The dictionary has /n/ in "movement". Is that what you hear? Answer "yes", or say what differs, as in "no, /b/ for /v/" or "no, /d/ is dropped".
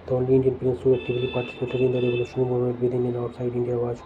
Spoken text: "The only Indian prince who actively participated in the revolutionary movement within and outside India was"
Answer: no, /n/ is dropped